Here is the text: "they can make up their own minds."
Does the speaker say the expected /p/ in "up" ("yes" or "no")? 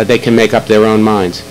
yes